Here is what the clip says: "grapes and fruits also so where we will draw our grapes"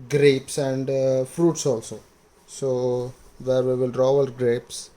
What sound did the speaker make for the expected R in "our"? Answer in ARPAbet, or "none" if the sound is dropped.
L